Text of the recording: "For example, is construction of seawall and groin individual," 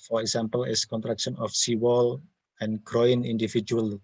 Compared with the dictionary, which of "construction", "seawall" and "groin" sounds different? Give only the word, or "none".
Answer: construction